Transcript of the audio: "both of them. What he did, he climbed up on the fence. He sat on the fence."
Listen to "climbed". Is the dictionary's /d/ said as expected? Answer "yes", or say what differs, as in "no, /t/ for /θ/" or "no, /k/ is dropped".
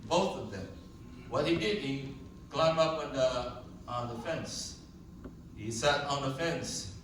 no, /d/ is dropped